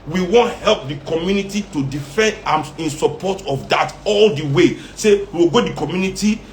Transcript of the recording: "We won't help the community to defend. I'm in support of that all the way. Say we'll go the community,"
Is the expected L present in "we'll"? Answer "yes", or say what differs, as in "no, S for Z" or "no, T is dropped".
no, W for L